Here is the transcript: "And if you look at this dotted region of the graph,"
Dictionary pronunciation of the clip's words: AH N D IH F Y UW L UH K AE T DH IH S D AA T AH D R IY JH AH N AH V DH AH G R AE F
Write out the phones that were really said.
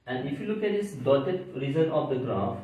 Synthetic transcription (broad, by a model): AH N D IH F Y UW L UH K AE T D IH S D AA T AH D R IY Z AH N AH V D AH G R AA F